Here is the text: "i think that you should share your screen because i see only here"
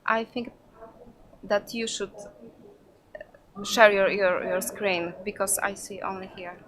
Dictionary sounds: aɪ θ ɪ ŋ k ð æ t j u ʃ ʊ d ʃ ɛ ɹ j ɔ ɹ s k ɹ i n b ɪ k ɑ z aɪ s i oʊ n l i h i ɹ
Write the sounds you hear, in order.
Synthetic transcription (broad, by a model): aɪ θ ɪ ŋ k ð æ t j u ʃ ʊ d ʃ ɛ ɹ j ɔ ɹ s k ɹ i n b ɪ k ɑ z aɪ s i oʊ n l i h i ɹ